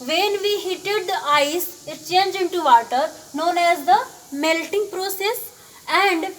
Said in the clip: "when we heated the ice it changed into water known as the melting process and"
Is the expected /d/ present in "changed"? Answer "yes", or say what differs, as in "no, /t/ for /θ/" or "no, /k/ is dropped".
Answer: no, /d/ is dropped